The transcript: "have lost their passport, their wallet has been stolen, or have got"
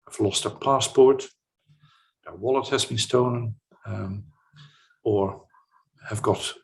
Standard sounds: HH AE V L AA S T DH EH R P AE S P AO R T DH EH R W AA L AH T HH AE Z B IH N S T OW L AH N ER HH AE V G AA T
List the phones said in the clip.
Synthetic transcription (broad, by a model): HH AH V L AA S T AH P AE S P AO R T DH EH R W AA L AH T HH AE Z B IH N S T OW N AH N ER HH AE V G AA T